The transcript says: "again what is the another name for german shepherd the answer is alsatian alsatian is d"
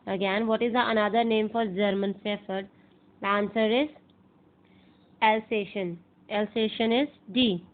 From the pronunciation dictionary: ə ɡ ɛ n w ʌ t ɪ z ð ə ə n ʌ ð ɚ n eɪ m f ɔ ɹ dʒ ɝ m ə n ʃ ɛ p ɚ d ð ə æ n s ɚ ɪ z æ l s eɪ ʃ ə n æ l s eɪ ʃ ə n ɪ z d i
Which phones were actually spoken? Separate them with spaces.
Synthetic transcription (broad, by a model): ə ɡ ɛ n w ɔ t ɪ z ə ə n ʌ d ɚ n eɪ m f ɔ ɹ dʒ ɝ m ə n s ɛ f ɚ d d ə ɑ n s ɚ ɪ z æ l s eɪ ʃ ə n æ l s eɪ ʃ ə n ɪ z d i